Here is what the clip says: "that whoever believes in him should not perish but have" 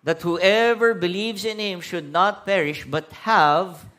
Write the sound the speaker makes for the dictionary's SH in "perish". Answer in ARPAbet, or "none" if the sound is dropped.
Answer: SH